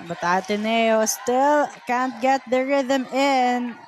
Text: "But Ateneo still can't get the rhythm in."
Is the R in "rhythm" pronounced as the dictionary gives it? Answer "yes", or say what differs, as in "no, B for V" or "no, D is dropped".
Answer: yes